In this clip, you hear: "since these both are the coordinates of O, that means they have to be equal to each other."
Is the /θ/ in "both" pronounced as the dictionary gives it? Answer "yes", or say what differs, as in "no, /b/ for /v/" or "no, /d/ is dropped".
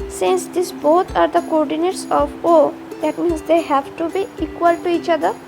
no, /t/ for /θ/